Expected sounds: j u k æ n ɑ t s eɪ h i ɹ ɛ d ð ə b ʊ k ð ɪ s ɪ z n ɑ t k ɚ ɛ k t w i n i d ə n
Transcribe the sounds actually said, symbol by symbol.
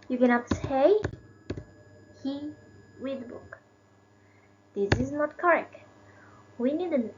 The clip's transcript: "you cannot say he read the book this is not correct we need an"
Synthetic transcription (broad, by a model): j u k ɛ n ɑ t s eɪ h i w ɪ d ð b ʊ k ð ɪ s ɪ z n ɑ t k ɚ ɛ k t w i n i d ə n